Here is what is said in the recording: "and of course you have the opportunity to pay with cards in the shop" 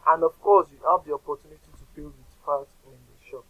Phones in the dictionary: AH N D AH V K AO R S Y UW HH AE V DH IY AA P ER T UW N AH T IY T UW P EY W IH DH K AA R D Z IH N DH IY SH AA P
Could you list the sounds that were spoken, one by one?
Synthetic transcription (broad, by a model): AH N D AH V K AO S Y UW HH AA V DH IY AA P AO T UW N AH T IY T UW B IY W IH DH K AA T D IH N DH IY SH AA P